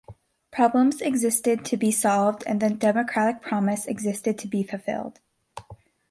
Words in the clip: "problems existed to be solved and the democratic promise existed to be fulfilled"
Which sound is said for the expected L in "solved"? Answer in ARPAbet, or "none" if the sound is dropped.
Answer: L